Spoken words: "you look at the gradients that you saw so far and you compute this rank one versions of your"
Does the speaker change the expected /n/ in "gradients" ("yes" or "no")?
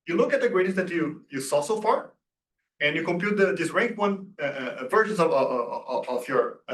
yes